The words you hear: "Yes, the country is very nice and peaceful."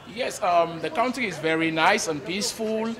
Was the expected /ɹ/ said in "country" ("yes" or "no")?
no